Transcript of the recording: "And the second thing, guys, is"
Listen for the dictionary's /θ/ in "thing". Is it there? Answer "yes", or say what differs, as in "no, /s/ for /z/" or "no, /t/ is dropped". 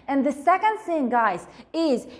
no, /s/ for /θ/